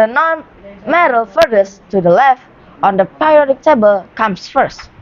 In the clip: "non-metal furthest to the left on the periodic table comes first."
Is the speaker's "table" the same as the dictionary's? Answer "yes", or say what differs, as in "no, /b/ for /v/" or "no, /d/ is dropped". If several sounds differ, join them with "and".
yes